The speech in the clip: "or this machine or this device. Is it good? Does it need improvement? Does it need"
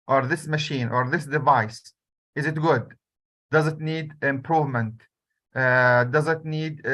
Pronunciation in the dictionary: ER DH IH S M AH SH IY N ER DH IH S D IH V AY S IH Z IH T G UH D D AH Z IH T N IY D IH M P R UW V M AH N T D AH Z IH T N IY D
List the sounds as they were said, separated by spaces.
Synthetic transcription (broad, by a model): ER DH IH S M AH SH IY N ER DH IH S D IH V AY S IH Z IH T G UH D D AH Z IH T N IY D IH M P R UW V M AH N T D AH Z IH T N IY D